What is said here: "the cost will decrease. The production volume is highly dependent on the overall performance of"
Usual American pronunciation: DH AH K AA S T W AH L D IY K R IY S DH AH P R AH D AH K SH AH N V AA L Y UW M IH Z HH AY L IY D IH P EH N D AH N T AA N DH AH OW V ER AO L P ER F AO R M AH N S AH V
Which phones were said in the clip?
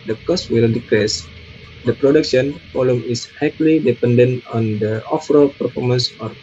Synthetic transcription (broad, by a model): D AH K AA S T W AH L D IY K R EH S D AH P R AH D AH K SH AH N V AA L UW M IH S HH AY L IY D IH P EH N D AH N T AA N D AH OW F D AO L P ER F AO R M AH N S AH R